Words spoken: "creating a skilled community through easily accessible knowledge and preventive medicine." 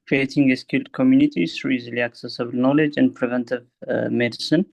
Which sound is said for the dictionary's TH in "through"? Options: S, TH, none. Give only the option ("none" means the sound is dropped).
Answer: S